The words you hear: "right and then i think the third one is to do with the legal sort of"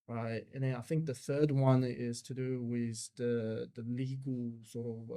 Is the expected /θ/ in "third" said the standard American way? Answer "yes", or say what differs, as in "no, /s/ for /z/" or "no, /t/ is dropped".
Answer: yes